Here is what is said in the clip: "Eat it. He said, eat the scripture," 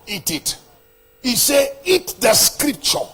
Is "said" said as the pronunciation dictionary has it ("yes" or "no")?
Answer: no